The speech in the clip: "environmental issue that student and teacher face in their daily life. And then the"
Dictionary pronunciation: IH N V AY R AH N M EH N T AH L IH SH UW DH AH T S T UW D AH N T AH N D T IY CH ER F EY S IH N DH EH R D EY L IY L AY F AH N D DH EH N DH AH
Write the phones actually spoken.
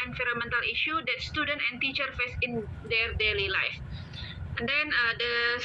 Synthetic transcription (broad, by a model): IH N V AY R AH M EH N T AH L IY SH UW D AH T S T UW D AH N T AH N T IY CH ER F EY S IH N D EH R D EY L IY L AY F AH N D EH N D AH